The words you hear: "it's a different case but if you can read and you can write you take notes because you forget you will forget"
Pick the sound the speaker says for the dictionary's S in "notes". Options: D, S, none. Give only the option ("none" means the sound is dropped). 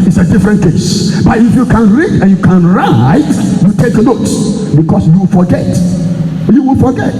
none